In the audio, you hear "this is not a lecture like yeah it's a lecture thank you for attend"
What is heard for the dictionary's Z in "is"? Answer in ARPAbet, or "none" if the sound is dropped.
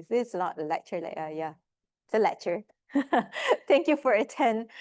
S